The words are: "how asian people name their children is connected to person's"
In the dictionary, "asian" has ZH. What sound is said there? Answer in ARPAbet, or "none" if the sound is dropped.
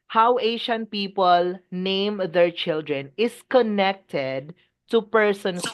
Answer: SH